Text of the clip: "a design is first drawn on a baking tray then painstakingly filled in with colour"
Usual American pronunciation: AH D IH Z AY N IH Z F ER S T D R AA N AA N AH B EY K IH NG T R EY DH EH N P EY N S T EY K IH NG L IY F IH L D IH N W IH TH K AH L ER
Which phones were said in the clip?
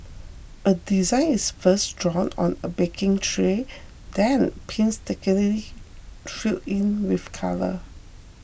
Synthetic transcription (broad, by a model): AH D IH Z AY N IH S F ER S D R AA N AA N AH B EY K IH NG T R EY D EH N P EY N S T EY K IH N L IY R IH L IH N W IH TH K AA L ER